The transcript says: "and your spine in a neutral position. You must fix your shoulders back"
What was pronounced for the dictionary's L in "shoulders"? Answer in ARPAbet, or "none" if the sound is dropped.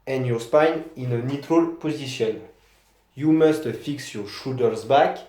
none